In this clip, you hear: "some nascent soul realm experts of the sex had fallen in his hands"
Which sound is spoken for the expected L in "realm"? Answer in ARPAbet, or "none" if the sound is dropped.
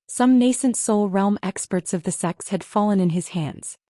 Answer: L